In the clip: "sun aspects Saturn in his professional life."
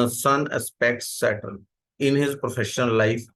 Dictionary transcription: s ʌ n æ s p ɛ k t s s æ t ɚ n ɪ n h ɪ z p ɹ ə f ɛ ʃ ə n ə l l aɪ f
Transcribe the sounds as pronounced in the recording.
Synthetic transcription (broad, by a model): s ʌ n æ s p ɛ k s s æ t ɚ l ɪ n h ɪ z p ɹ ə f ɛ ʃ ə n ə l l aɪ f